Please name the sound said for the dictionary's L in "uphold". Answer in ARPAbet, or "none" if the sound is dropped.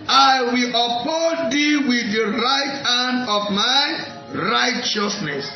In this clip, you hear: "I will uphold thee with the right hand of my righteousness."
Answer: none